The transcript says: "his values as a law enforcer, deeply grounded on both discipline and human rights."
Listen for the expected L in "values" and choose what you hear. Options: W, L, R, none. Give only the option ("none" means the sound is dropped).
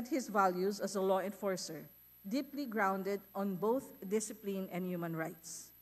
L